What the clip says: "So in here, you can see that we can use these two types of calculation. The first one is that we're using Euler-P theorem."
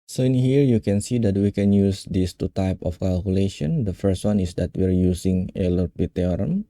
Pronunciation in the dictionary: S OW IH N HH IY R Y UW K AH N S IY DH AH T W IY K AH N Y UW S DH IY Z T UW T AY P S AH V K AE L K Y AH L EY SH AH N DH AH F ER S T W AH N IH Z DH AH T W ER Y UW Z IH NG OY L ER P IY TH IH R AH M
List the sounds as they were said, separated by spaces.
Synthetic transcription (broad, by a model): S OW IH N HH IY R Y UW K AH N S IY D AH T W IY K AH N Y UW S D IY S T UW T AY P AH F K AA L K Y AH L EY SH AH N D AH F ER S T W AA N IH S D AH T W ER Y UW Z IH NG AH L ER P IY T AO R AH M